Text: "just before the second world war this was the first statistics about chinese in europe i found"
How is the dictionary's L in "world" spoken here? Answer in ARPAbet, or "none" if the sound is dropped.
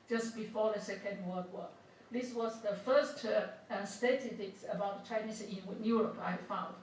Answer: none